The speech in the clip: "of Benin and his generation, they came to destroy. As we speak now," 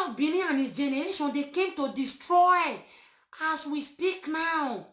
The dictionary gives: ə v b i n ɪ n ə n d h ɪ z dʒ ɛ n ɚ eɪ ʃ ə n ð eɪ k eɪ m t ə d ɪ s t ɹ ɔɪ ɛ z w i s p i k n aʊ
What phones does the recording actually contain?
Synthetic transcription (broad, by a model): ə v b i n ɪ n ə n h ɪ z dʒ ɛ n ɚ eɪ ʃ ə n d eɪ k eɪ m t ə d ɪ s t ɹ ɔɪ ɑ s w i s p i k n aʊ